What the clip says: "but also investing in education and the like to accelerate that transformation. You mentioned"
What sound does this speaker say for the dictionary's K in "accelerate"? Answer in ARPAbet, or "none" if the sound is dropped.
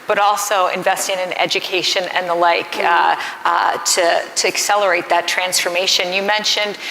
K